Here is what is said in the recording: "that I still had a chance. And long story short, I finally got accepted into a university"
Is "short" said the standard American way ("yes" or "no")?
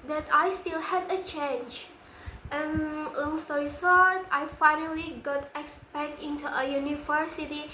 no